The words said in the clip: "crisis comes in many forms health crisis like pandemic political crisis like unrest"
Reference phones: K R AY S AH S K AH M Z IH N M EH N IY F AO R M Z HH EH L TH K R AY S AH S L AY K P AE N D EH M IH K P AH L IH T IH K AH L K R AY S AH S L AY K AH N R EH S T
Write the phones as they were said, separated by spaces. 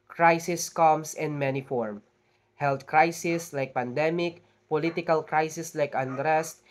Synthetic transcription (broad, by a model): K R AY S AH S K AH M S IH N M EH N IY F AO R M HH EH L T K R AY S AH S L AY K P AE N D EH M IH K P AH L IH T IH K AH L K R AY S AH S L AY K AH N R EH S T